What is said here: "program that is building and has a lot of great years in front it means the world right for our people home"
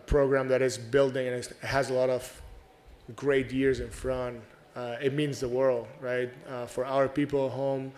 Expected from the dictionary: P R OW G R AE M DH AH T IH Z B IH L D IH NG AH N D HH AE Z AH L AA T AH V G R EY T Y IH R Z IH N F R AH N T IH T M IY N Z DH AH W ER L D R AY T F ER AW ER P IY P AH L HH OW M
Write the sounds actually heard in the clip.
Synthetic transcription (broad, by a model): P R OW G R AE M DH AH T IH Z B IH L D IH NG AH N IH HH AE Z AH L AA T AH V G R EY T Y IH R Z IH N F R AH N T IH T M IY N Z DH AH W ER L D R AY T F ER AW ER P IY P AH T HH OW M